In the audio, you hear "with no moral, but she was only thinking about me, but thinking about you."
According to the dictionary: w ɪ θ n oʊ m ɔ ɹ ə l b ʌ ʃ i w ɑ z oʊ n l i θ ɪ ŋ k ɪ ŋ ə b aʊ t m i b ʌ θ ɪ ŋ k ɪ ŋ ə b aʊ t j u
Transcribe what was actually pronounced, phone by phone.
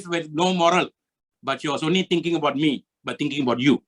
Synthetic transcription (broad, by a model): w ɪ n oʊ m ɔ ɹ ə l b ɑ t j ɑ s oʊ n i t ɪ ŋ k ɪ ŋ ə b aʊ t m i b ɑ t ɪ ŋ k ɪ ŋ ə b aʊ t j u